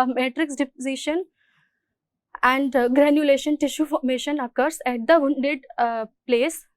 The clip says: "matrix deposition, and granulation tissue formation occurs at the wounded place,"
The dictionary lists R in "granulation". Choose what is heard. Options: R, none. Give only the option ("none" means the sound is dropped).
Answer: R